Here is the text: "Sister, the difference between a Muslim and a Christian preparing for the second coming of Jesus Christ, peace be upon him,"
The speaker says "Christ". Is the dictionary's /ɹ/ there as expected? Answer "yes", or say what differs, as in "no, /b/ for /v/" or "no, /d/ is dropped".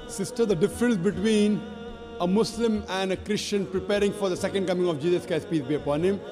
no, /ɹ/ is dropped